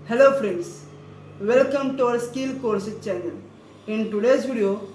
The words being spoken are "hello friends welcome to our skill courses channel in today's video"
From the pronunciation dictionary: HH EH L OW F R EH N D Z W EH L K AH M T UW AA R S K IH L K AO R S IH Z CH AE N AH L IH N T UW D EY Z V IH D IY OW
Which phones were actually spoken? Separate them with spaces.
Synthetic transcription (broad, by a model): HH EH L OW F R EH N D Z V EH L K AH M T UW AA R S K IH L K AO R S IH CH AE N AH L IH N T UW D EY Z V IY D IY OW